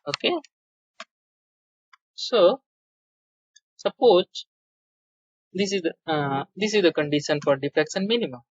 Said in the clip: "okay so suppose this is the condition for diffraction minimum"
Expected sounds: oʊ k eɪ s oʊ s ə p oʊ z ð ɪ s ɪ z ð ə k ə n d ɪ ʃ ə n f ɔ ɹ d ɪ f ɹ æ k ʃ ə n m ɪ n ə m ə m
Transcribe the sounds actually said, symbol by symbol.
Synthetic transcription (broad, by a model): oʊ k eɪ s oʊ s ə p oʊ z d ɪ s ɪ z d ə k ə n d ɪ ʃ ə n f ɔ ɹ d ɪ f ɹ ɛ k s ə n m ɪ n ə m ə m